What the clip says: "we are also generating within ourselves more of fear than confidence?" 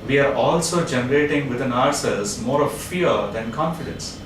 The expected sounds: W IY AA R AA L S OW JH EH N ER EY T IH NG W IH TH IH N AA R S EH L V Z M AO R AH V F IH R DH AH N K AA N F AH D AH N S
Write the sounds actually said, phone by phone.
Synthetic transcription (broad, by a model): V IY AA R AA L S OW JH EH N ER EY T IH NG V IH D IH N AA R S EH L Z M AO R AH V F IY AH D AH N K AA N F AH D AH N S